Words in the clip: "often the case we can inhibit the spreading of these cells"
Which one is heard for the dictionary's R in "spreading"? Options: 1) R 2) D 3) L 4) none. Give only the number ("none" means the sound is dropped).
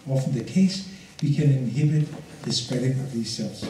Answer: 4